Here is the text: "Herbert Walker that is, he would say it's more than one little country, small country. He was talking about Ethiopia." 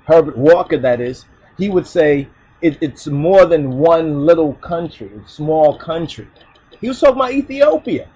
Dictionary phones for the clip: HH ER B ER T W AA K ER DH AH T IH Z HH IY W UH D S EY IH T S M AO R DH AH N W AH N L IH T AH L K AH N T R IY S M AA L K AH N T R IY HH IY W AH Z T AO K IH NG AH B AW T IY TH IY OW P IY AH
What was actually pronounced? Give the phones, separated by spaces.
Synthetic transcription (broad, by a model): HH ER B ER T W AA K ER DH AH T IH Z HH IY W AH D S EY IH T S M AO R DH AH N W AH N L IH T L K AH N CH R IY S M AA L K AH N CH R IY HH IY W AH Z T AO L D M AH IH IY TH IY OW P IY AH